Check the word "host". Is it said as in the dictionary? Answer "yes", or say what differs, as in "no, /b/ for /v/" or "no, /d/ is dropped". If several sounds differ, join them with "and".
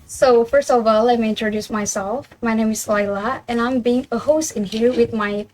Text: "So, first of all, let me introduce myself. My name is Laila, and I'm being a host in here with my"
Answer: yes